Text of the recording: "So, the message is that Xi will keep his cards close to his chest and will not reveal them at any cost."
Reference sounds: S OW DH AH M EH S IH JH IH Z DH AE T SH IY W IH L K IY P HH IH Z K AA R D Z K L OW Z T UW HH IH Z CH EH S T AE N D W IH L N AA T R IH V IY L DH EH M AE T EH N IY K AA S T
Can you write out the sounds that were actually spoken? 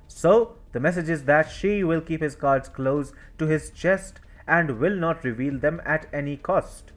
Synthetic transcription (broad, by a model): S OW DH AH M EH S IH JH IH Z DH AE T SH IY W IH L K IY P HH IH Z K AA R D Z K L OW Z T UW HH IH Z CH EH S T AE N D W IH L N AA T R IH V IY L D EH M AE T EH N IY K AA S T